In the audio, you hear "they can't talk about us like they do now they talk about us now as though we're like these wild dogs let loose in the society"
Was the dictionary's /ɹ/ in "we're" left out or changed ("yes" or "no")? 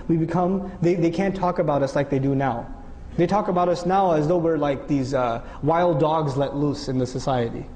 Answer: no